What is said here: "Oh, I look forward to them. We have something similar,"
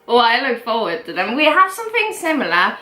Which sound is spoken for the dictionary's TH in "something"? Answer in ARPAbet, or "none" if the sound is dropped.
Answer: TH